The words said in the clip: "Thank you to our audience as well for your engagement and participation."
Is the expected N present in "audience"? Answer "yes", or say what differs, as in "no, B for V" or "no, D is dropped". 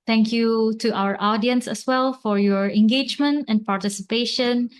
yes